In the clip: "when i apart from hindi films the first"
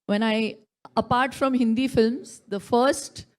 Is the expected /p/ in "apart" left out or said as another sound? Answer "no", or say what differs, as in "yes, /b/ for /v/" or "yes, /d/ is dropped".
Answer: no